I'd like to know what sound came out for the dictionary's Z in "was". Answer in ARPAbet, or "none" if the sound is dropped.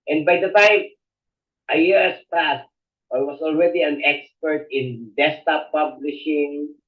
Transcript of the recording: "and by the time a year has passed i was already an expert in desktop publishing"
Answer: S